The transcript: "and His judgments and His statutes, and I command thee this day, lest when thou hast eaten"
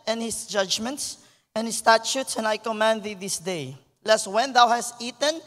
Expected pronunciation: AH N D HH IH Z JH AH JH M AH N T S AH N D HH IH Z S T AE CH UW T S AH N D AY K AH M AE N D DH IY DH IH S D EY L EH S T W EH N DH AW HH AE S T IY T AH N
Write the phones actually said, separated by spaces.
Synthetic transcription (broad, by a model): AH N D HH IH S JH AH JH M AH N T S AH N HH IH S T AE CH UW T S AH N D AY K AH M AE N D DH IY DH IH S D EY L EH S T W EH N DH AW HH AE S T IY T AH N